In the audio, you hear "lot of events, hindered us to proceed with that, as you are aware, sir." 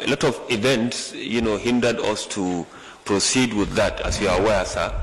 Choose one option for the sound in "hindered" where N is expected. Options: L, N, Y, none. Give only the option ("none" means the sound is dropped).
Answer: N